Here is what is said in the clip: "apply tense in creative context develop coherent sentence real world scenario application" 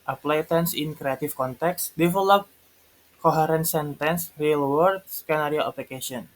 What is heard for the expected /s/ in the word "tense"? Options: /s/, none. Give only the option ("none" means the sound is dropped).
/s/